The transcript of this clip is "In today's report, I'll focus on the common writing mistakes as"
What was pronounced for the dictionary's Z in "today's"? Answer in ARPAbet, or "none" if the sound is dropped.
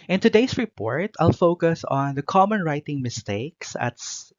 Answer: S